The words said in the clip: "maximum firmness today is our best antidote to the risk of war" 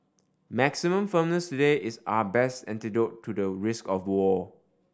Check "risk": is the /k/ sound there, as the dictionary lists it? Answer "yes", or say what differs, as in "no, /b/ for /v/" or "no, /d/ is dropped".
yes